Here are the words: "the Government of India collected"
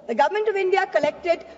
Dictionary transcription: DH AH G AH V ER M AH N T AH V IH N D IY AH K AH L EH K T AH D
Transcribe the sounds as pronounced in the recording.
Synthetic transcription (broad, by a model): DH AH G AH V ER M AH N T AH V IH N D IY AH K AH L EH K T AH D